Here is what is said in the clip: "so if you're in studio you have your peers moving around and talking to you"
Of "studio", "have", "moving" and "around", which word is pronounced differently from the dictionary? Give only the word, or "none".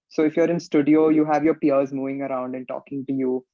none